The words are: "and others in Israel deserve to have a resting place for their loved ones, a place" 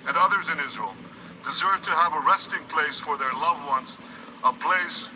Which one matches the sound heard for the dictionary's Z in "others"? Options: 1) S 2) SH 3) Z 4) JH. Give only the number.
3